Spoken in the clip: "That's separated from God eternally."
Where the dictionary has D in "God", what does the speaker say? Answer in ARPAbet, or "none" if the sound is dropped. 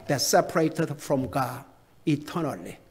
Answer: none